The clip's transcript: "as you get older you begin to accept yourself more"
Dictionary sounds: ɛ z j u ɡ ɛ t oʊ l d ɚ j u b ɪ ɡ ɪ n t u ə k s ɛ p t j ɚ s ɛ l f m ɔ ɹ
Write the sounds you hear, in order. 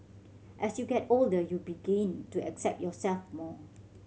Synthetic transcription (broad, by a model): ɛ s j u ɡ ɛ t oʊ l d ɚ j u b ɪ ɡ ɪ n t u ə k s ɛ p t j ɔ s ɛ l f m ɔ